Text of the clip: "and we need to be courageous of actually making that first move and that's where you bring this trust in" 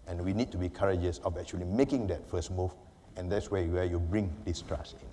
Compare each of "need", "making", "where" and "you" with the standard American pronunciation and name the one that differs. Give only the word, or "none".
where